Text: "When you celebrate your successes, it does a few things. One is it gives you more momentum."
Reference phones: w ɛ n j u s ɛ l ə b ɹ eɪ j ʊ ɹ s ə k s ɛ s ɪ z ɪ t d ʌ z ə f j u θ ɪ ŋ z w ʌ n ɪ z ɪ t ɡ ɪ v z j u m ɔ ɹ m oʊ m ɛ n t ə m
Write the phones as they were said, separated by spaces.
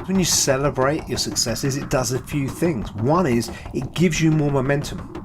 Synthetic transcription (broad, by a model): w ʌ n j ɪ s ɛ l ə b ɹ eɪ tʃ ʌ ɹ s ə k s ɛ s ɪ z ɪ t d ʌ z ə f j u θ ɪ ŋ z w ʌ n ɪ z ɪ t ɡ ɪ v z j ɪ m ɔ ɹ m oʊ m ɛ n t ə m